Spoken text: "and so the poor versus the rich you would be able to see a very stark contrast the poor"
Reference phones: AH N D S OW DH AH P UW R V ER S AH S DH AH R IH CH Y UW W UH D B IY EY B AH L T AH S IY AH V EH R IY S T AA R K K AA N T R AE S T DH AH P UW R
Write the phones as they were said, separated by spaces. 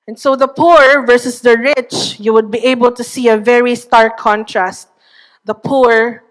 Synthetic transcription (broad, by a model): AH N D S OW DH AH P UW R V ER S AH S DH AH R IH CH Y UW W UH D B IY EY B AH L T AH S IY AH V EH R IY S T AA R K K AA N T R AE S T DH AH P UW R